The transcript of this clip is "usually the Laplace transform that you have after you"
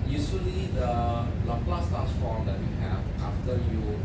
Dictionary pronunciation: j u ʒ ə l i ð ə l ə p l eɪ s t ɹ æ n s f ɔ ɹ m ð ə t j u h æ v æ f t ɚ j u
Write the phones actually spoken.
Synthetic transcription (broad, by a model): j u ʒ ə l i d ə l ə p l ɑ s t æ s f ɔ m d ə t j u h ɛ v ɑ f t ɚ j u